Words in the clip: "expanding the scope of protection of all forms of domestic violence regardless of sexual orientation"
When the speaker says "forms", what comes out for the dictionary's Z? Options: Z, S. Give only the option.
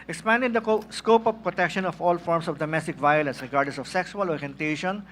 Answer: S